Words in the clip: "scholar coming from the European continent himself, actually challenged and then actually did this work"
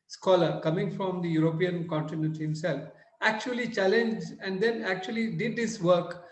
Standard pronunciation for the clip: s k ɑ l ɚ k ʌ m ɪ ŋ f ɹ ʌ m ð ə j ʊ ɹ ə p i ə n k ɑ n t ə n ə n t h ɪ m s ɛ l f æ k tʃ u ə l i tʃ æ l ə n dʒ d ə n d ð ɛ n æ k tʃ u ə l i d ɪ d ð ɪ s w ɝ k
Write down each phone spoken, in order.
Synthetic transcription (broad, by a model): s k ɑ l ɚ k ʌ m ɪ ŋ f ɹ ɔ m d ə j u ɹ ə p i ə n k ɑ n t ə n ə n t h ɪ m s ɛ l f æ k tʃ u ə l i tʃ æ l ə n dʒ d ə n d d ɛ n æ k tʃ u ə l i d ɪ d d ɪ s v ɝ k